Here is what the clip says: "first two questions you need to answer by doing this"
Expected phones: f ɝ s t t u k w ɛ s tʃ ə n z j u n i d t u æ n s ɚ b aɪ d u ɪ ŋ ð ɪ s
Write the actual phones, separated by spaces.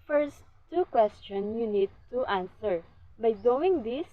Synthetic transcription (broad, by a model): f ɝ s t t u k w ɛ s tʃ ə n s j u n i d t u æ n s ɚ b aɪ d u ɪ ŋ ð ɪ s